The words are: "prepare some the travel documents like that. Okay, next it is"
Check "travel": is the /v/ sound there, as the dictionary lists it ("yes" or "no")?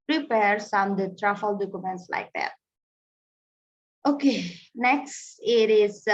no